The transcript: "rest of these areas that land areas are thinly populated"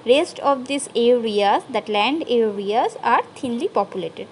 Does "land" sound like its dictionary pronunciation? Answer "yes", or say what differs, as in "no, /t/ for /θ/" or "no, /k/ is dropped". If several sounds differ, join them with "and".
yes